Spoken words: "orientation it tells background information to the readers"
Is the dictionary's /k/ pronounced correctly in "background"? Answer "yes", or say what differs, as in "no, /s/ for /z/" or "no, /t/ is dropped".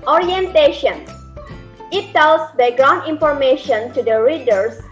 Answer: no, /k/ is dropped